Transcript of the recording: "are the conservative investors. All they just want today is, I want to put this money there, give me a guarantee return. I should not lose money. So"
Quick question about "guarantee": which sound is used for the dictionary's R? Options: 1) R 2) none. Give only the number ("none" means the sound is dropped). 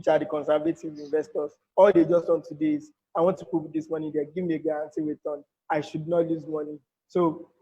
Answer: 2